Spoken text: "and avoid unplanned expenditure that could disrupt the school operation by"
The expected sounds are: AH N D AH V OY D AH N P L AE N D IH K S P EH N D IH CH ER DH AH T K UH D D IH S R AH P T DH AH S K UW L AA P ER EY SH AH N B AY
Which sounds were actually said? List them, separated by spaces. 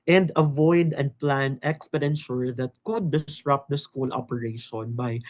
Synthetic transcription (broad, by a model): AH N D AH V OY D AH N P L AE N IH K S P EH N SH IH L DH AH T K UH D D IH S R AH P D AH S K UW L AA P ER EY SH AH N B AY